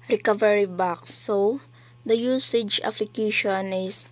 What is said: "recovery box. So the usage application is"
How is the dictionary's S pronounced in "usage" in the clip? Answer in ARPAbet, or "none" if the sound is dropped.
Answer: S